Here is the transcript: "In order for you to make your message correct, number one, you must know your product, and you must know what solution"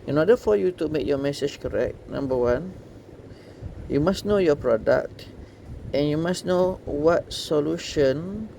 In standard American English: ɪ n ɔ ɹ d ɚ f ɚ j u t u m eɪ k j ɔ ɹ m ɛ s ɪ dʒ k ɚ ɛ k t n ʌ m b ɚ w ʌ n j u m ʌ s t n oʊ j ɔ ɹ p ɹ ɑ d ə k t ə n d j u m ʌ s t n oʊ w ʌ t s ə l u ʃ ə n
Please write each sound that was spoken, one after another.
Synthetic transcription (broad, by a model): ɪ n ɔ d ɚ f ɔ j u t u m eɪ k j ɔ m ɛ s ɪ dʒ k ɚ ɛ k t n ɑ m b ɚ w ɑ n j u m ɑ s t n oʊ j ɔ p ɹ ɑ d ə k t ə n j u m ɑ s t n oʊ w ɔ t s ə l u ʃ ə n